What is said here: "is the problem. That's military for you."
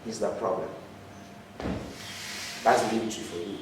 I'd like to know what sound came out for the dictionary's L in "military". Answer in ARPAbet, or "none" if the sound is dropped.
none